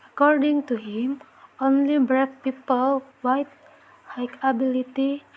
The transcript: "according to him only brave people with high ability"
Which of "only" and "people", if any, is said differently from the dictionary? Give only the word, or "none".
none